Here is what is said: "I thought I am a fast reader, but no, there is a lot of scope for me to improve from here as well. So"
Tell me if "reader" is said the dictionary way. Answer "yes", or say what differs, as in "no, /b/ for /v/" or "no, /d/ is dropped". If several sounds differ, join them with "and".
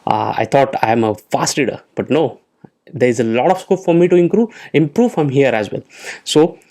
no, /l/ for /ɹ/